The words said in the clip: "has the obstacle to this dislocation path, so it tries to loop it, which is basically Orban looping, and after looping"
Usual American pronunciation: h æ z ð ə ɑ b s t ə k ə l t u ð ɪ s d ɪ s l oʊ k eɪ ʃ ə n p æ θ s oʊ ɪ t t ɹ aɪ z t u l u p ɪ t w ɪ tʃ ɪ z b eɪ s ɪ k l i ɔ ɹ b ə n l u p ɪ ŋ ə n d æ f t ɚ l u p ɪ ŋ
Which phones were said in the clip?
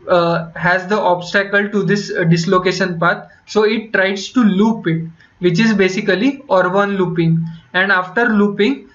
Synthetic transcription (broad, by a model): h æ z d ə ɑ b s t ə k ə l t u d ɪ s d ɪ s l oʊ k eɪ ʃ ə n p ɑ t s oʊ ɪ t t ɹ aɪ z t u l u p ɪ t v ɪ tʃ ɪ z b eɪ s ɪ k l i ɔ ɹ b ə n l u p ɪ ŋ ə n d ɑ f t ɚ l u p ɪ ŋ